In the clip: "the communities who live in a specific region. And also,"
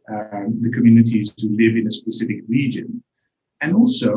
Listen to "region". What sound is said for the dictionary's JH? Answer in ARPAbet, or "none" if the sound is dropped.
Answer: JH